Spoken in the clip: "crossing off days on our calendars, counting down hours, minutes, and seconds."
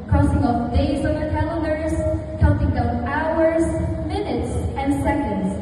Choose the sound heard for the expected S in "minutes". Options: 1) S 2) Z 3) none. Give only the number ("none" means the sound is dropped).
1